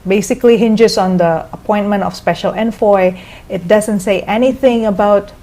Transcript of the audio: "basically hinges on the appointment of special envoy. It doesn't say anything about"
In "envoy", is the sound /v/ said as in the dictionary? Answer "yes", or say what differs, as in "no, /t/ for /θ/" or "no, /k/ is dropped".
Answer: no, /f/ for /v/